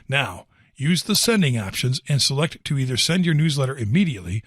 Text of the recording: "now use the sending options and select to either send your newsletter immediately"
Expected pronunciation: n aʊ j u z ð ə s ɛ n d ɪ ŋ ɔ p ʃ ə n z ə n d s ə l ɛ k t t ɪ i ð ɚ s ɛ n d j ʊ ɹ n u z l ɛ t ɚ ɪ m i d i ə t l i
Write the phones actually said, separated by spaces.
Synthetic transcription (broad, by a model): n aʊ j u z ð ə s ɛ n d ɪ ŋ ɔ p ʃ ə n z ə n s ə l ɛ k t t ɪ i ð ɚ s ɛ n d j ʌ ɹ n u z l ɛ t ɚ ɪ m i d i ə t l i